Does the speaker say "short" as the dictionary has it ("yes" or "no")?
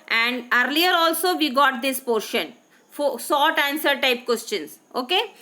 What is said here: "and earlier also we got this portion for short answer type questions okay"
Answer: no